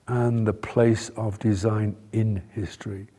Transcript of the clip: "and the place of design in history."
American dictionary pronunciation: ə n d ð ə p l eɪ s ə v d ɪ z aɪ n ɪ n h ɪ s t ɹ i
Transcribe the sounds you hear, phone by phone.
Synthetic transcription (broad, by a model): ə n ð ə p l eɪ s ə v d ɪ z aɪ n ɪ n h ɪ s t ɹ i